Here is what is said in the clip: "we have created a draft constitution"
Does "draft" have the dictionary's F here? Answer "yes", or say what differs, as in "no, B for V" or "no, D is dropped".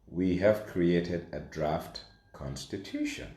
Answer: yes